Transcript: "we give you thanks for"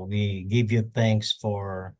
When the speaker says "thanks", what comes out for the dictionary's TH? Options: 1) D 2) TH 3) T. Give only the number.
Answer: 2